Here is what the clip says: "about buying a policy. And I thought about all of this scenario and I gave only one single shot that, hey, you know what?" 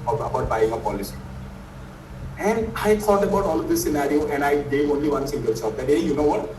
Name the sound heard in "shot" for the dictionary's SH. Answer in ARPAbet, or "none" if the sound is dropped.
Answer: S